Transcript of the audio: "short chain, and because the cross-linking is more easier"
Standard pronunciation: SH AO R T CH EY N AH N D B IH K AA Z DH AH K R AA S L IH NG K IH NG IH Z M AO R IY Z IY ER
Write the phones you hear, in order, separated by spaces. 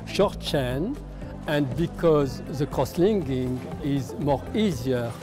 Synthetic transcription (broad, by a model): SH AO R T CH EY N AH N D B IH K AA Z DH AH K R AA S L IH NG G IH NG IH Z M AO R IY Z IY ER